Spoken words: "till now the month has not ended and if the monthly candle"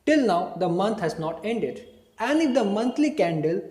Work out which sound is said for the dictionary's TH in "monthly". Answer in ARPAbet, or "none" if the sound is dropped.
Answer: T